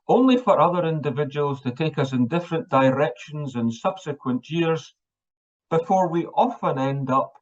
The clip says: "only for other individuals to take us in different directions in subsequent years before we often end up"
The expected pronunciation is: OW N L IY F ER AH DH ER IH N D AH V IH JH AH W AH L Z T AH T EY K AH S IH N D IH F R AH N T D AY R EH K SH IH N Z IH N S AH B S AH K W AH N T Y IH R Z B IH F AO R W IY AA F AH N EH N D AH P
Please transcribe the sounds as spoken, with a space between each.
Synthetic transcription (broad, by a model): OW N L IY F ER AH DH ER IH N D AH V IH JH AH W AH L Z T AH T EY K AH S IH N D IH F R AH N D AY R EH K SH IH N Z IH N S AH B S AH K W AH N T Y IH R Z B IH F AO R W IY AA F AH N EH N D AH P